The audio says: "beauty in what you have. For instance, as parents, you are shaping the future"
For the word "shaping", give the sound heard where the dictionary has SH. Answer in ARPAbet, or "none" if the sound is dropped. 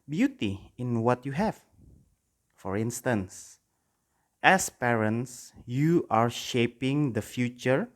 SH